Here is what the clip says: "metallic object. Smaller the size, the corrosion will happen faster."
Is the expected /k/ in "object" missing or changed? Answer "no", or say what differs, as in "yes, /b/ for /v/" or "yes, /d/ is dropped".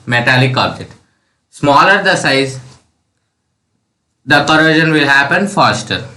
yes, /k/ is dropped